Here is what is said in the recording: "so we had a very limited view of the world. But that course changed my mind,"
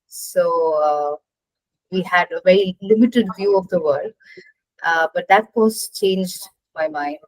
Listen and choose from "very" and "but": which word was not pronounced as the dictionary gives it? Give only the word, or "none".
none